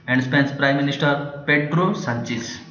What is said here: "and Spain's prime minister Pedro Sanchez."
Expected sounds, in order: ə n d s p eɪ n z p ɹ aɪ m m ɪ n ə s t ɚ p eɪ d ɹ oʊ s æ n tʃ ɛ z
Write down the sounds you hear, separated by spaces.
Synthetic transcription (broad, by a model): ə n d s p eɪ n s p ɹ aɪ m m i n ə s t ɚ p eɪ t ɹ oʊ s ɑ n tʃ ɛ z